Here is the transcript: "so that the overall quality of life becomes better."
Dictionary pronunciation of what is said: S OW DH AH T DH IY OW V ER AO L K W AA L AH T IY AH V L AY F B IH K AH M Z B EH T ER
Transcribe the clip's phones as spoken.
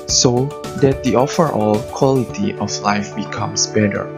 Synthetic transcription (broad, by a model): S OW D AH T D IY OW F ER AO L K W AA L AH T IY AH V L AY F B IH K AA M S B EH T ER